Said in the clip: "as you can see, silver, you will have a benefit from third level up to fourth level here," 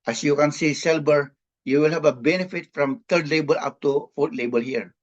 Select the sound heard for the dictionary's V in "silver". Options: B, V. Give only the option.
B